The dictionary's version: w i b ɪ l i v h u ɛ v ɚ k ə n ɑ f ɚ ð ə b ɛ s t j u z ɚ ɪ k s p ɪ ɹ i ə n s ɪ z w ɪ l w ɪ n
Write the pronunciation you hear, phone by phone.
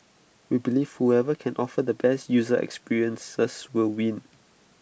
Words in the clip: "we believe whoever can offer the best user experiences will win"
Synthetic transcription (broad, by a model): w i b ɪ l i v h u ɛ v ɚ k ə n ɑ f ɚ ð ə b ɛ s t j u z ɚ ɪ k s p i ɹ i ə n s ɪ s w ɪ l w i n